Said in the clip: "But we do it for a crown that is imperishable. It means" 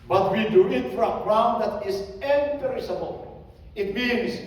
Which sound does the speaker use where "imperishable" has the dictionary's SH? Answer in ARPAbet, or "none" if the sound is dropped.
S